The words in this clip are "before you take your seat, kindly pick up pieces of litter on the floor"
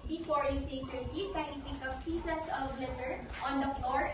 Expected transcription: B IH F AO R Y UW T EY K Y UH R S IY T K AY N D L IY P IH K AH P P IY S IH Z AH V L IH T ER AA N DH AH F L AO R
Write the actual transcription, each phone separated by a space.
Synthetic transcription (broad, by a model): B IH F AO R Y UW T EY K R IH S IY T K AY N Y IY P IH K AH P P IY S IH S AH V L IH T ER AA N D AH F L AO R